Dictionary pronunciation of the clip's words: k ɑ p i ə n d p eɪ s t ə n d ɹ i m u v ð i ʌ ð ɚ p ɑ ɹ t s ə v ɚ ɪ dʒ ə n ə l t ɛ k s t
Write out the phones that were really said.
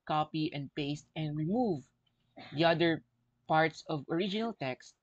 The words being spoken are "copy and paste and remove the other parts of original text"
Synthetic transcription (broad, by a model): k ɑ p i ə n d p eɪ s t ə n d ɹ i m u v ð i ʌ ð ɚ p ɑ ɹ t s ə v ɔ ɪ dʒ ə n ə l t ɛ k s t